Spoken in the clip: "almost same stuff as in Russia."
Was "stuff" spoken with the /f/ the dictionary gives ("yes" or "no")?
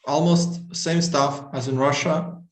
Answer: yes